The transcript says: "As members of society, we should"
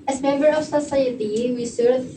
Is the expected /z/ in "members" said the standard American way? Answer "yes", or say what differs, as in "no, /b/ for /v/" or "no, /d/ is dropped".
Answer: no, /z/ is dropped